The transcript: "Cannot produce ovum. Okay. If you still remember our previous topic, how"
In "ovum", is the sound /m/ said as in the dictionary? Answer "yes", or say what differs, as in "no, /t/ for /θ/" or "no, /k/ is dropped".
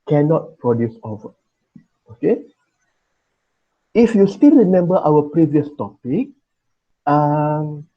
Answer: no, /m/ is dropped